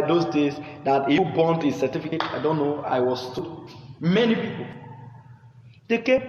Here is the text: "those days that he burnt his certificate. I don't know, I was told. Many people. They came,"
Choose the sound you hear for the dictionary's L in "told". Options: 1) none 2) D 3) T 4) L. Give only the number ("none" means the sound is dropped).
1